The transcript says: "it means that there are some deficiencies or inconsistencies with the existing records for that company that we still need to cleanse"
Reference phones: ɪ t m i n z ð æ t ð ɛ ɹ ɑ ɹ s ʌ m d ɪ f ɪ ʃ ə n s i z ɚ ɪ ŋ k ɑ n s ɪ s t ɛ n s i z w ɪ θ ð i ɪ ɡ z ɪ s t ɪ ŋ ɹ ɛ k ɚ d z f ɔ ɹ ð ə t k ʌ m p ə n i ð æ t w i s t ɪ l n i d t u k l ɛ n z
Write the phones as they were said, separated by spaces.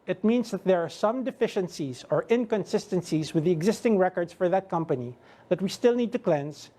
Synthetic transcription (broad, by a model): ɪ t m i n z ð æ t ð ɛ ɹ ɑ ɹ s ʌ m d ɪ f ɪ ʃ ə n s i z ɚ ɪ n k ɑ n s ɪ s t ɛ n s i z w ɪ ð i ɪ ɡ z ɪ s t ɪ ŋ ɹ ɛ k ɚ d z f ɔ ɹ ð ə t k ʌ m p ə n i ð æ t w i s t ɪ l n i d t u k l ɛ n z